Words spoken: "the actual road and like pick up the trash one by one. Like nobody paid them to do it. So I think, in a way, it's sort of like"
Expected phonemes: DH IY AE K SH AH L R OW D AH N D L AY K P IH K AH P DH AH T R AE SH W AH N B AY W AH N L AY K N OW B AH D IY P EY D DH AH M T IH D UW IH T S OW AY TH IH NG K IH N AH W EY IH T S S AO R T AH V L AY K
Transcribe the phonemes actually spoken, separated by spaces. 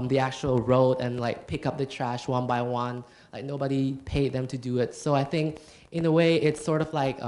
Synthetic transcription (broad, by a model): DH IY AE K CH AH L R OW D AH N L AY K P IH K AH P DH AH T R AE SH W AH N B AY W AH N L AY K N OW B AH D IY P EY D DH AH M T IH D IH IH T S OW AY TH IH NG K IH N AH W EY IH T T S AO R T AH V L AY K